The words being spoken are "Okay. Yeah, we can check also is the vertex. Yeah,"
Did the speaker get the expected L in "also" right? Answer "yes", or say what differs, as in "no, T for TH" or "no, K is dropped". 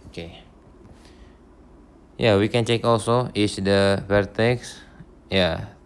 yes